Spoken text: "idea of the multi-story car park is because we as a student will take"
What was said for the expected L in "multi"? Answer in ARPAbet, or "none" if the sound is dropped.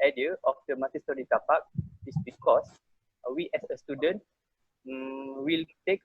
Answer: none